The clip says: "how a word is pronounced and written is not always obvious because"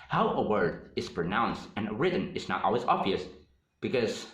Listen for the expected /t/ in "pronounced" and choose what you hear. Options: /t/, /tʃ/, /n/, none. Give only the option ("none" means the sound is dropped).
/t/